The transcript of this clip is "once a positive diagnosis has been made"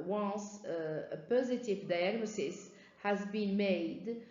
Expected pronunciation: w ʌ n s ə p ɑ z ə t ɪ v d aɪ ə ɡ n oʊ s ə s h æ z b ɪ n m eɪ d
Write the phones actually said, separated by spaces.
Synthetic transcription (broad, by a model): w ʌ n s ə p ɑ z ə t ɪ v d aɪ ə ɡ n oʊ s ə s h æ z b ɪ n m eɪ d